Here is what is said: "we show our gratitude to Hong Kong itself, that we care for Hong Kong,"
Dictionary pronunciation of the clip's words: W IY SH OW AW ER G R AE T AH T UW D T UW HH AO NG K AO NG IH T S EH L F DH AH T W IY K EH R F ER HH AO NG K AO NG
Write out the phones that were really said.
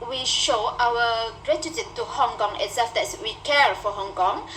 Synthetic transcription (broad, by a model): W IY SH OW AW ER G R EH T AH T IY T UW HH AO NG K AO NG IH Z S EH F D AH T W IY K EH R F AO HH AO NG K AO NG